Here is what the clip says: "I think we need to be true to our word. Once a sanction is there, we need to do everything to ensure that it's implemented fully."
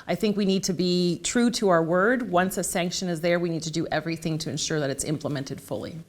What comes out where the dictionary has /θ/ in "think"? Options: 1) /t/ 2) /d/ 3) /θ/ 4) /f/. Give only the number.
3